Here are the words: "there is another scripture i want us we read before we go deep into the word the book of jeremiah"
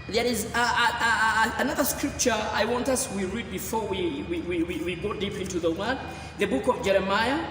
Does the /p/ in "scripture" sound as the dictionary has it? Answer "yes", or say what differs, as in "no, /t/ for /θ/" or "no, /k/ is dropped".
yes